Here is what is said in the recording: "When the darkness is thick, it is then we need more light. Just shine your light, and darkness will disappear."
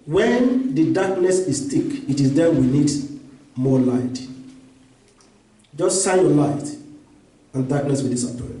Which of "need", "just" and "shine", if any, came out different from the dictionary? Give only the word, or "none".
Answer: shine